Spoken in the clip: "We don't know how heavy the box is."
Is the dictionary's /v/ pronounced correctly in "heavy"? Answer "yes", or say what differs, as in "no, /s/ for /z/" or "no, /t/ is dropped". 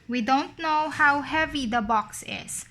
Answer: yes